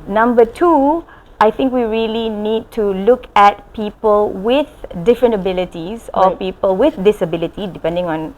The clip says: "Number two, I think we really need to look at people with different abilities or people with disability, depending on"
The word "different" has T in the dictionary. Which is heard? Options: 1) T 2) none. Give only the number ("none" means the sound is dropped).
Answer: 1